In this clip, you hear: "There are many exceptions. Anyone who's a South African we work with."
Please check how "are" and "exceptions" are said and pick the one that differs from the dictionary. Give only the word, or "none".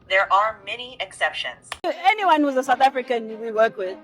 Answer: none